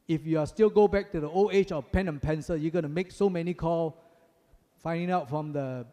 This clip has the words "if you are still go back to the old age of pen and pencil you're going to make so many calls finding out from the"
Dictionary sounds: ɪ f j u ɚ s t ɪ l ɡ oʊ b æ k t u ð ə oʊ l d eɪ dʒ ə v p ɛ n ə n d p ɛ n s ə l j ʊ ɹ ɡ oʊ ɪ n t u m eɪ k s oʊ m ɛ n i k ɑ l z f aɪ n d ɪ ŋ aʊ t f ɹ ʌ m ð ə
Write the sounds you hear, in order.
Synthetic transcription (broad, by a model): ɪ f j u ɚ s t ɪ l ɡ oʊ b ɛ k t u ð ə oʊ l eɪ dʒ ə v p ɛ n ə n p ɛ n s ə j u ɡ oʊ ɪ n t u m eɪ k s oʊ m ɛ n i k ɑ l f aɪ n d ɪ ŋ aʊ t f ɹ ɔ m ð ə